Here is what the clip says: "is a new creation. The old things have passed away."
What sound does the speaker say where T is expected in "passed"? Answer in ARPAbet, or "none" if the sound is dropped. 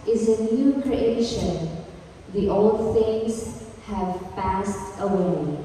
T